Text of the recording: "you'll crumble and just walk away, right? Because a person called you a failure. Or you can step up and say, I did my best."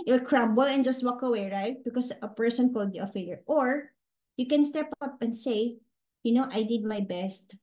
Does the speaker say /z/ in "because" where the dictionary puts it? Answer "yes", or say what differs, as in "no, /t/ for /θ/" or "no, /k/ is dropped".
no, /s/ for /z/